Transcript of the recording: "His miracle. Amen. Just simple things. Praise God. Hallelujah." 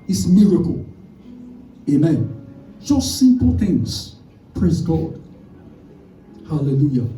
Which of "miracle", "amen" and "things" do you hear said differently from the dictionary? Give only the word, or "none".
none